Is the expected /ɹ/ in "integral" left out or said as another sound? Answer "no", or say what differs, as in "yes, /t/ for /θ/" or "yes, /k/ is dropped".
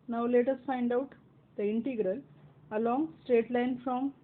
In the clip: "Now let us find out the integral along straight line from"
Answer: no